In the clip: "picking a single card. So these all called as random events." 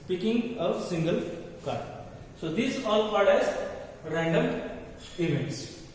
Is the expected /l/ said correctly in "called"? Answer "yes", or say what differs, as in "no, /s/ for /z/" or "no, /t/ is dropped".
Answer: no, /l/ is dropped